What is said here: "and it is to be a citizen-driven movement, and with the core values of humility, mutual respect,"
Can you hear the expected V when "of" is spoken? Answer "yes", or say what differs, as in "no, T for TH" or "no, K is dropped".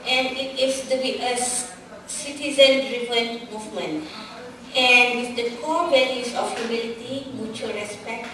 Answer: no, F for V